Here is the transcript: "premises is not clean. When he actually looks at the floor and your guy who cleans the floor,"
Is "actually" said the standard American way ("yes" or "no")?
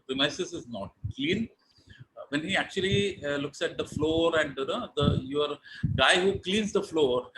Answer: yes